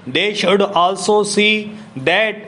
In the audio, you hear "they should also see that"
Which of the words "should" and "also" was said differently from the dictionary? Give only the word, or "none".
none